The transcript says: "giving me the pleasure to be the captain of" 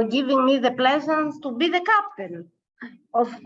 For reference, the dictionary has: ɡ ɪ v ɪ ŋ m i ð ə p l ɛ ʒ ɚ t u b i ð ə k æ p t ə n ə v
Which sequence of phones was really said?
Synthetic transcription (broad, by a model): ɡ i v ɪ ŋ m i ð ə p l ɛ z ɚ t u b i ð ə k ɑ p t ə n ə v